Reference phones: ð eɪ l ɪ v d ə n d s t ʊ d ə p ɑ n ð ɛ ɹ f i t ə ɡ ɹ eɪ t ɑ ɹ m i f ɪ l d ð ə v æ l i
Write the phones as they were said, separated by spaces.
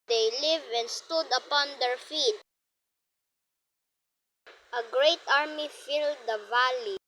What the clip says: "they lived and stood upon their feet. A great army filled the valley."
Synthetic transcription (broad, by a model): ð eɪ l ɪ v ə n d s t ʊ d ə p ɑ n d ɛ ɹ f i t ə ɡ ɹ eɪ t ɑ ɹ m i f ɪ l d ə v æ l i